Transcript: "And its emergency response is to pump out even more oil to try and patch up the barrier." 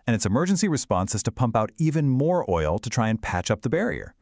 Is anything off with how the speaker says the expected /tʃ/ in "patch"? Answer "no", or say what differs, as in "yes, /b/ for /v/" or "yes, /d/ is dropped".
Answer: no